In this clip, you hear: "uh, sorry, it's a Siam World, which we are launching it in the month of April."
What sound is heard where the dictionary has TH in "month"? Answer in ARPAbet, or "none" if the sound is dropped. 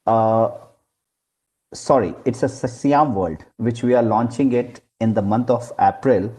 T